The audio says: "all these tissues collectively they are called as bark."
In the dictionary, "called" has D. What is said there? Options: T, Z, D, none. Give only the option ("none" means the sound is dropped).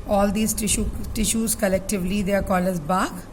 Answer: none